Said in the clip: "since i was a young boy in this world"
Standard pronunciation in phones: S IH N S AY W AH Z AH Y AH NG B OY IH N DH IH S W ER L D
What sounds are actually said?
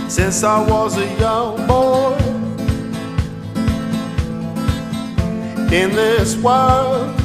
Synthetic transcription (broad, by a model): S IH N S AY W AH Z AH Y AH NG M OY IH N DH IH S W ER L